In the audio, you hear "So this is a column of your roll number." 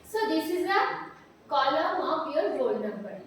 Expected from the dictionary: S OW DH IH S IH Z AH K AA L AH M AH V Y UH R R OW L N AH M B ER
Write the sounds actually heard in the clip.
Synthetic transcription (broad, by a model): S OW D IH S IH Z AH K AA L AH M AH P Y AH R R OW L N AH M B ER